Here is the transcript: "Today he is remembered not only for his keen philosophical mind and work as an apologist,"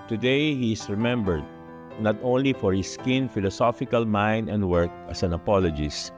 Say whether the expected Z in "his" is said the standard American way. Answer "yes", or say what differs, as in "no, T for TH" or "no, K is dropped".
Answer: no, S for Z